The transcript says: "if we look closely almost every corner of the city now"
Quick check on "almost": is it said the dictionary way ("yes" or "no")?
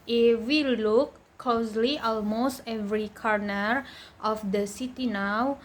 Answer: yes